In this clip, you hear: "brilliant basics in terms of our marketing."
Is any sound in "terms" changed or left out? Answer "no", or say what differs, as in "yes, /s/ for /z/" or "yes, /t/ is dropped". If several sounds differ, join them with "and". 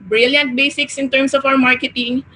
yes, /s/ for /z/